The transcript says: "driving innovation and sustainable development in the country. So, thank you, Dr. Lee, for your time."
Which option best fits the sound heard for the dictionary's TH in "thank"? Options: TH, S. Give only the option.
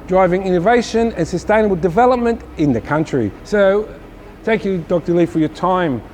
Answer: TH